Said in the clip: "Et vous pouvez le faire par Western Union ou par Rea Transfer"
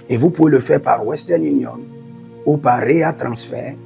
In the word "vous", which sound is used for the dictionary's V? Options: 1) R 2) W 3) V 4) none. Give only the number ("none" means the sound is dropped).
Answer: 3